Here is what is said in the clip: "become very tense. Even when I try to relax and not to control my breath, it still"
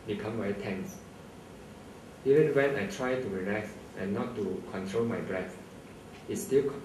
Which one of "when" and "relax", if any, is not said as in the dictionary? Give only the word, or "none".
relax